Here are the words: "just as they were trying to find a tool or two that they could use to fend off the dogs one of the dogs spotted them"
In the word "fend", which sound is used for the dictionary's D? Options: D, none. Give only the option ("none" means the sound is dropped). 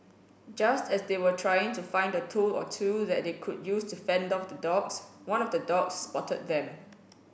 D